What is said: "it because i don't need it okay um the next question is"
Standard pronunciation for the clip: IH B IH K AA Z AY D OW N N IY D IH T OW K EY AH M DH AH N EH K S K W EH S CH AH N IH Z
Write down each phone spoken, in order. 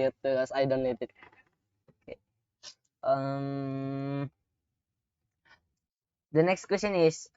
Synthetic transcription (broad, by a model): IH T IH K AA S AY D OW N L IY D IH T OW K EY AH M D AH N EH K S K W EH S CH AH N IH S